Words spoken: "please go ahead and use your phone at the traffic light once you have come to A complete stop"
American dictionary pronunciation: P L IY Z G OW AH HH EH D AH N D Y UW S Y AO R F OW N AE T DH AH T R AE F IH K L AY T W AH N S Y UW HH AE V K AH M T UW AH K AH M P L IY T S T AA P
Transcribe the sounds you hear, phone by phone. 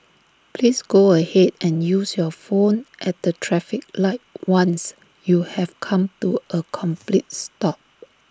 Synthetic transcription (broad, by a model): P L IY S G OW AH HH EH D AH N Y UW S Y AO F OW N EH T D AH T R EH F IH K L AY T W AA N S Y UW HH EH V K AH M T UW AH K AH M P L IY T S T AA P